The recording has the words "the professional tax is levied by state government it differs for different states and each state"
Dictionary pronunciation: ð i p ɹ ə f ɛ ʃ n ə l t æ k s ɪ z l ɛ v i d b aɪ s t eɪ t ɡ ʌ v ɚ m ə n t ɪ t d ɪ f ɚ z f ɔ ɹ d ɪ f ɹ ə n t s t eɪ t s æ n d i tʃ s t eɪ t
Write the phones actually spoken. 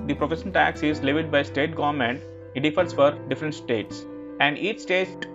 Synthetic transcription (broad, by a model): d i p ɹ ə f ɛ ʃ ə n t æ k s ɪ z l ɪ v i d b aɪ s t eɪ t ɡ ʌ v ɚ m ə n t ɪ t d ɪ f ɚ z f ɔ ɹ d ɪ f ɹ ə n t s t eɪ t s æ n d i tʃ s t eɪ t